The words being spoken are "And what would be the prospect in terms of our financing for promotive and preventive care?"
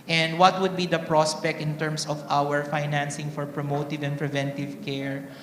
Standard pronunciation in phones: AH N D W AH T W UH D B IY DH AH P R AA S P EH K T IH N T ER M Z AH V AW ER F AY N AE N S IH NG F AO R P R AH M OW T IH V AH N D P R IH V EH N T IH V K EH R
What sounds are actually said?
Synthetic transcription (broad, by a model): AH N D W AH T W UH D B IY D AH P R AA S P EH K T IH N T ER M S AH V AW ER F AY N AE N S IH NG F AO R P R AH M OW T IH V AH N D P R IH V EH N T IH V K EH R